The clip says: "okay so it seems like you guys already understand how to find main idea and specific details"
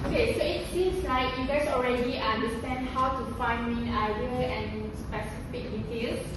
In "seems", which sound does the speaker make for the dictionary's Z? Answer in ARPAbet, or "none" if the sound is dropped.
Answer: S